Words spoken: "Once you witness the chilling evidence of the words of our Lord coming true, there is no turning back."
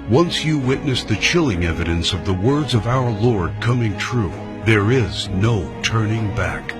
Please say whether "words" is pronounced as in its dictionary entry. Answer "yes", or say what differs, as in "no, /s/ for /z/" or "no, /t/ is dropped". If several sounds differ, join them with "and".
yes